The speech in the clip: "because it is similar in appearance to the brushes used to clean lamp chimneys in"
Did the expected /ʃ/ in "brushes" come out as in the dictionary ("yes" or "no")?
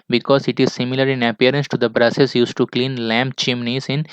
no